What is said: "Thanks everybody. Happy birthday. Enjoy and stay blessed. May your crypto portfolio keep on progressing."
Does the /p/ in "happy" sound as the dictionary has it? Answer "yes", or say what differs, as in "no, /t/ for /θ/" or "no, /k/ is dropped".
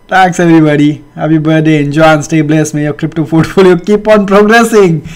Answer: no, /b/ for /p/